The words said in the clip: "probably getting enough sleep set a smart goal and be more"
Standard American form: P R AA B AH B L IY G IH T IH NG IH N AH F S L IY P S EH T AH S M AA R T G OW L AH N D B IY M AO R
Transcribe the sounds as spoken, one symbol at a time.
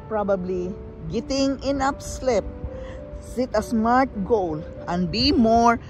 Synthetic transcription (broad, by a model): P R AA B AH B L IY G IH T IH NG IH N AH P S L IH P S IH T AH S M AA R T G OW L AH N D B IY M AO R